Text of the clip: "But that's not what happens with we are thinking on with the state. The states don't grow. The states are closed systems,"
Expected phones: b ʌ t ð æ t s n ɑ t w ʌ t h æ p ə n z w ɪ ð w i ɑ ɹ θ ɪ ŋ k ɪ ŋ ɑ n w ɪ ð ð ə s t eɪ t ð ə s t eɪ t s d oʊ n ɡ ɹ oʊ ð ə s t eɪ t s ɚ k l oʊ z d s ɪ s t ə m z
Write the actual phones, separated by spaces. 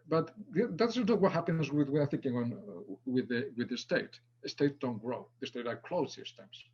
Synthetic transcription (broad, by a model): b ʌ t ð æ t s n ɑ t w ʌ t h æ p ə n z w ɪ ð w i ɑ ɹ θ ɪ ŋ k ɪ ŋ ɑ n w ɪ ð ð ə s t eɪ t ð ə s t eɪ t d oʊ n ɡ ɹ oʊ ð ə s t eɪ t ɚ k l oʊ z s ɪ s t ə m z